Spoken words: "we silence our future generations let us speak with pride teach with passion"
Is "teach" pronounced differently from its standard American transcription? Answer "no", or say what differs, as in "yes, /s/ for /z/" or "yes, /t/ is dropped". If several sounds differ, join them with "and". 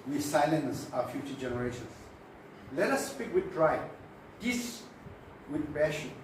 yes, /s/ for /tʃ/